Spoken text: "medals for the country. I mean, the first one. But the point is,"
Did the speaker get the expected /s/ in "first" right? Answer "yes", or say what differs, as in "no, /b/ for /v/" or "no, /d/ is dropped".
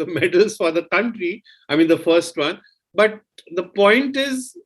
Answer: yes